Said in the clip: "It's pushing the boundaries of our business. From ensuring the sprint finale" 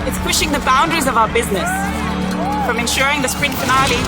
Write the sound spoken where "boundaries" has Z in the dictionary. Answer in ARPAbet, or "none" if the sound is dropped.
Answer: Z